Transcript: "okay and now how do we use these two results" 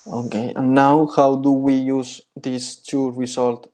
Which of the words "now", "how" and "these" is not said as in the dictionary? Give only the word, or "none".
these